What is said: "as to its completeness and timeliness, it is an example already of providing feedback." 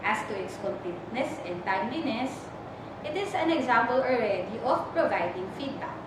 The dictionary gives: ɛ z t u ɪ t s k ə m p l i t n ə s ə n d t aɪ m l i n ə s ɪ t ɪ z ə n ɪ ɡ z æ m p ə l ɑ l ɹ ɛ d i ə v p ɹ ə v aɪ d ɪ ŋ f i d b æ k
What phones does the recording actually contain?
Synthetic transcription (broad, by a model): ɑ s t u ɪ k s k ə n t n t n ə s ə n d t aɪ m l i n ə s ɪ t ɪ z ə n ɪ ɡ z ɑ m p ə l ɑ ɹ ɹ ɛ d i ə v p ɹ ə v aɪ d ɪ ŋ f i d b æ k